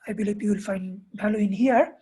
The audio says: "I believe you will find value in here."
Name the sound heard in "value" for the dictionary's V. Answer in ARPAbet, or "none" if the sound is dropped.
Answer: B